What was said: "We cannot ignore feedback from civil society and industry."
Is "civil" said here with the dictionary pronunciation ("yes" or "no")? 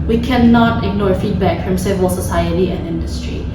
yes